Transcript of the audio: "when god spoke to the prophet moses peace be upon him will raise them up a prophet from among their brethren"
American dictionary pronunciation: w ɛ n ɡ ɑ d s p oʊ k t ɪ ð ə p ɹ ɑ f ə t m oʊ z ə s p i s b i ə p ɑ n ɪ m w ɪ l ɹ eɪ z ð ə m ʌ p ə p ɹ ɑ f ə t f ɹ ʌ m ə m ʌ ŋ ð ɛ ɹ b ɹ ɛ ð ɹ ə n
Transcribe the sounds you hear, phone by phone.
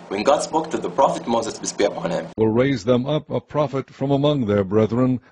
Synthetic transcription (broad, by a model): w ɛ n ɡ ɑ d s b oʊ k t ɪ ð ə p ɹ ɑ f ə t m oʊ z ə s b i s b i ə p ɑ n ɪ m w ɪ l ɹ eɪ z ð ə m ʌ p ə p ɹ ɑ f ə t f ɹ ʌ m ə m ʌ ŋ ð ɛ ɹ b ɹ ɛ ð ɹ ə n